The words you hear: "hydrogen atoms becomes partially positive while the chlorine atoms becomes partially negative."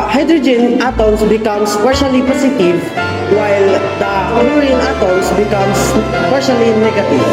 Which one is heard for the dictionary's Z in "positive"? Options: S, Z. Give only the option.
S